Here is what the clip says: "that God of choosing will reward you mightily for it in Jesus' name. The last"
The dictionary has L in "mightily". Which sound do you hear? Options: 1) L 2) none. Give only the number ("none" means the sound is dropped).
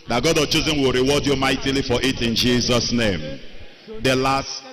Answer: 1